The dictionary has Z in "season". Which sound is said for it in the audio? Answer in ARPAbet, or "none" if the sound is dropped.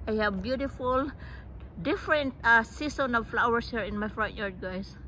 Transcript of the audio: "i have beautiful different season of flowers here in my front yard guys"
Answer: S